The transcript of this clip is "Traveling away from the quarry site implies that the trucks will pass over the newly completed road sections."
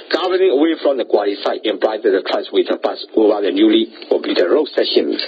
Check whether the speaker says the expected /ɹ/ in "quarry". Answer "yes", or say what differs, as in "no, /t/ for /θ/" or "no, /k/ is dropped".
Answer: no, /l/ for /ɹ/